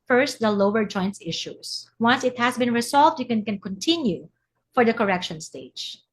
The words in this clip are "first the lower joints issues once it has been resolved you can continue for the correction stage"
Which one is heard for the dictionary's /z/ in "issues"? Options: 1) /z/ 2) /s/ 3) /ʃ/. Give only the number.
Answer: 2